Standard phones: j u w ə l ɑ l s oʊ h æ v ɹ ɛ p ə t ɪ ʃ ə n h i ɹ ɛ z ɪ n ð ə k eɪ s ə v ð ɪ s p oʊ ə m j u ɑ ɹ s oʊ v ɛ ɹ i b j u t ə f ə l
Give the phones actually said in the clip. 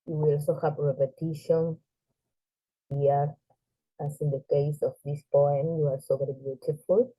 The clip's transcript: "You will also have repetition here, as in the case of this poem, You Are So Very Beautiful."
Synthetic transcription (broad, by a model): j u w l ɑ l s oʊ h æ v ɹ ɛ p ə t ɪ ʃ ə n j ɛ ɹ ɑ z ɪ n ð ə k eɪ s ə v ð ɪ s p oʊ ə m j u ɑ l s oʊ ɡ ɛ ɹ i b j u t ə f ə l